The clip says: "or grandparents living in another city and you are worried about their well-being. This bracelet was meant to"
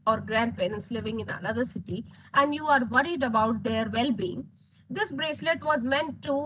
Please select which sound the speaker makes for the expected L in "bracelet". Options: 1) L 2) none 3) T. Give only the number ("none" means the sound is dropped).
1